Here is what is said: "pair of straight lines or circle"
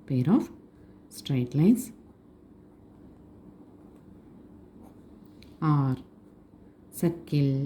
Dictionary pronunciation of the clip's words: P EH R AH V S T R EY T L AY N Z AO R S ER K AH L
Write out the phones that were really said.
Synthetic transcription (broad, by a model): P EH R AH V S T R EY T L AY N S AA R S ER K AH L